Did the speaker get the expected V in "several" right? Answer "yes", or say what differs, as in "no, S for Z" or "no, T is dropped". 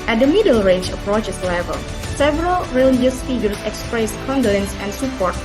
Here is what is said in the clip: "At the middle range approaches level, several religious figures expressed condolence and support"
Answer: yes